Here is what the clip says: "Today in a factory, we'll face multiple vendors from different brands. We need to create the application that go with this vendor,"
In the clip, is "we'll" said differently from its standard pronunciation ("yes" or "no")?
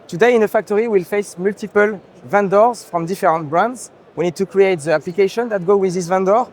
no